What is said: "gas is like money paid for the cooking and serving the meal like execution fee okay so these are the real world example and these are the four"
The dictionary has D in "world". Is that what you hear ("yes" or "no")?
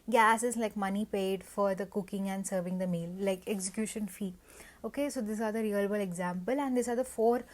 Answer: no